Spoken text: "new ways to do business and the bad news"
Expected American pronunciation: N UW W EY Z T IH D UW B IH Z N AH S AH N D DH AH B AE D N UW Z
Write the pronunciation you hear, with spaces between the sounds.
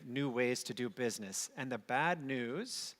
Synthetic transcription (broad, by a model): N UW W EY Z T IH D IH B IH Z N AH S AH N DH AH B AE D N UW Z